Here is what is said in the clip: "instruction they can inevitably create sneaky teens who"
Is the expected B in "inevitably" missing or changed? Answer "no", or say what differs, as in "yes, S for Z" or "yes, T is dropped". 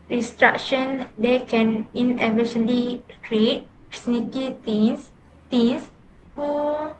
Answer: yes, B is dropped